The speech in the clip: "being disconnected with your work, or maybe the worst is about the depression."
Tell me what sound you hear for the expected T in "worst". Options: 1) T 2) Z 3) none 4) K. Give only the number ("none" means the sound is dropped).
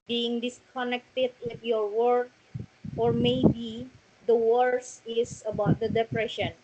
3